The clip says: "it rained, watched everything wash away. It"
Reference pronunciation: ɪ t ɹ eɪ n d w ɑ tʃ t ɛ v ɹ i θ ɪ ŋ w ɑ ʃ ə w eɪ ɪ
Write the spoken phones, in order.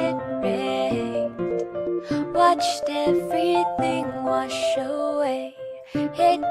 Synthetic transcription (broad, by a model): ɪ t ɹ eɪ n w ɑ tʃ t ɛ v ɹ i θ ɪ ŋ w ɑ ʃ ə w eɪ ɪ